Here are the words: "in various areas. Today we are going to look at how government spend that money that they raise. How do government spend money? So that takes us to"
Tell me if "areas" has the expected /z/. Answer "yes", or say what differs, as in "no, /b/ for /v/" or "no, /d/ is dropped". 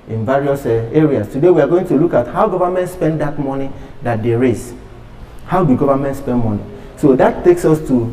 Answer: no, /s/ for /z/